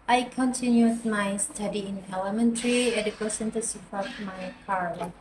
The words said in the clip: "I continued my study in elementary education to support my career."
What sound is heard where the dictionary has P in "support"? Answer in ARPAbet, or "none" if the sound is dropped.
F